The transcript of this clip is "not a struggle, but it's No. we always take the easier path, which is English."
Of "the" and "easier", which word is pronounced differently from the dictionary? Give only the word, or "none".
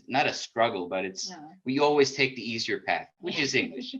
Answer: none